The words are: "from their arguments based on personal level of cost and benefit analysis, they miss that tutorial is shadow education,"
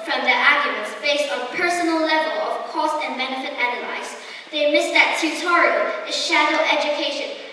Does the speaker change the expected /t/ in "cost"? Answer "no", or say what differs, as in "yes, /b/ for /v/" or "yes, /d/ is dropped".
no